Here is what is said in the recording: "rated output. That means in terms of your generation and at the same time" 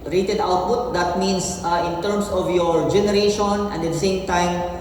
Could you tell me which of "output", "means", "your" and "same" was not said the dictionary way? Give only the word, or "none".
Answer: means